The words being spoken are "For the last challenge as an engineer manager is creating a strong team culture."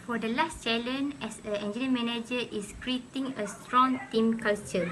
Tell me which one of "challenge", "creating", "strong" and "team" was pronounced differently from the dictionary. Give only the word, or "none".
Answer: challenge